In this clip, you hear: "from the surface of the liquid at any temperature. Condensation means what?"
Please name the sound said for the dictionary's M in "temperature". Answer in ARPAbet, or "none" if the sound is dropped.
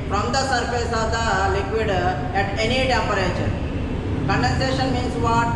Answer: none